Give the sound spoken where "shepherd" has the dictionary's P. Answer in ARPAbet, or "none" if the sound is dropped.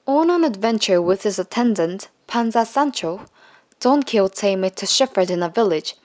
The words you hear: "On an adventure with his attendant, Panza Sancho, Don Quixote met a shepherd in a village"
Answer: F